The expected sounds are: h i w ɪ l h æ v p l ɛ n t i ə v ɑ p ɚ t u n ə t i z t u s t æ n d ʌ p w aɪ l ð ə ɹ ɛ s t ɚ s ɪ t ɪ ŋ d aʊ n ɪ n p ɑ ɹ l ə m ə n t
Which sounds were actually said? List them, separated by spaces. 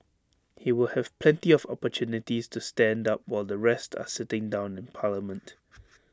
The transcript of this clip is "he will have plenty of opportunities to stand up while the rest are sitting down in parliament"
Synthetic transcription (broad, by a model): h i w ɪ l h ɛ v p l ɛ n t i ə v ɑ p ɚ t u n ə t i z t u s t æ n d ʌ p w aɪ l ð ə ɹ ɛ s t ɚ s ɪ t ɪ ŋ d aʊ n ɪ n p ɑ l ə m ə n t